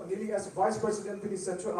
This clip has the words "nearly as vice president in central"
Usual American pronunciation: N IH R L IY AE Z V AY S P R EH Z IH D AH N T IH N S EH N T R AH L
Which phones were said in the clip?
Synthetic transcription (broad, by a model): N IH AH L IY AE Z V AY S P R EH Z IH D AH N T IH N S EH N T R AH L